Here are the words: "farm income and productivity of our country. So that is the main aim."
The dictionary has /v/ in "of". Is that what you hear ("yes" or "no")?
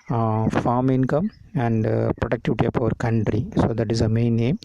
no